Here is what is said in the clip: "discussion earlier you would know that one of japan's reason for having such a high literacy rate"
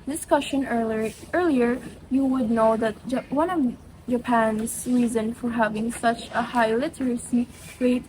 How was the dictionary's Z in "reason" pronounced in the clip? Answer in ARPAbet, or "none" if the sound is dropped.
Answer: Z